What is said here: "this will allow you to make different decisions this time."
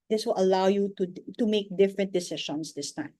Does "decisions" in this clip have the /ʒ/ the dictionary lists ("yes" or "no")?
no